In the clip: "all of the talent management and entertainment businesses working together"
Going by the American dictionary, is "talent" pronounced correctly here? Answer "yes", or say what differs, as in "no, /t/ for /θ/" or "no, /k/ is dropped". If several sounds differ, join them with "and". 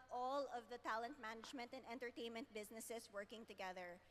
yes